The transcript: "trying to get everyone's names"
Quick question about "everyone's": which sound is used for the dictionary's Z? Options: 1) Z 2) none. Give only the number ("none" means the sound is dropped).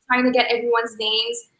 1